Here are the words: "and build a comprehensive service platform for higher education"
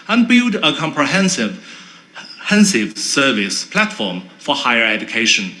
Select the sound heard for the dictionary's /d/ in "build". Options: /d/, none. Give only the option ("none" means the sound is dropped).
/d/